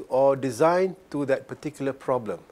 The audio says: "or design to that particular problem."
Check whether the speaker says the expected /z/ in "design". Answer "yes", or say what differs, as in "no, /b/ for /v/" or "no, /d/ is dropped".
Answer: yes